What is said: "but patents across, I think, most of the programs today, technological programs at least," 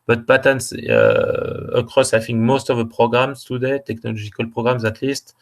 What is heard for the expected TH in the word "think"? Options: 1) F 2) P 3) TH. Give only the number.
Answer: 1